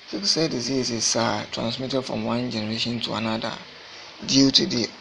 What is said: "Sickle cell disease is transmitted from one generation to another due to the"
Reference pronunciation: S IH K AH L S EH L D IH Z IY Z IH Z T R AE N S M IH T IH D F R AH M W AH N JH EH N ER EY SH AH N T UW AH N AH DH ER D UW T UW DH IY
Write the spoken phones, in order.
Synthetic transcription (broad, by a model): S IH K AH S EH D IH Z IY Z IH S T R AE N S M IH T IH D F R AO M W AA N JH EH N ER EY SH AH N T UW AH N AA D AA D UW T UW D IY